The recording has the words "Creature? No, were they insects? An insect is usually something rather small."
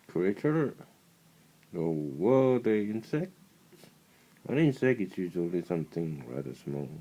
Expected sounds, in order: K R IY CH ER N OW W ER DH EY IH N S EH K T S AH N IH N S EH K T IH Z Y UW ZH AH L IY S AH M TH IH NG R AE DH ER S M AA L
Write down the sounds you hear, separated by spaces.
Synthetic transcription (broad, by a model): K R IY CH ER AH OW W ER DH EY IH N S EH K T AH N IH N S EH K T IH S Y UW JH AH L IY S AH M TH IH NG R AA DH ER S M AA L